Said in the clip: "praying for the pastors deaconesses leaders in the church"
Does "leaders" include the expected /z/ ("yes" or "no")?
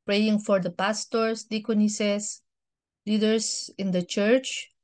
no